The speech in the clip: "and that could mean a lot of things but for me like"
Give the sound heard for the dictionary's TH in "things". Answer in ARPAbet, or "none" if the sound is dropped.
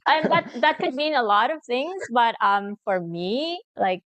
TH